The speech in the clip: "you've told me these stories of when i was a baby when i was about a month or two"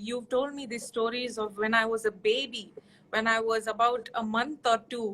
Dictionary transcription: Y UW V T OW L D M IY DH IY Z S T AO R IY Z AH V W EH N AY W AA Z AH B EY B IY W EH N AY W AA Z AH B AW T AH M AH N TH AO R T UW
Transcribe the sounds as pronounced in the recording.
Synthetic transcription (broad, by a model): Y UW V T OW L D M IY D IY S T AO R IY Z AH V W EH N AY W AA Z AH B EY B IY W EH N AY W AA Z AH B AW T AH M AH N T AO R T UW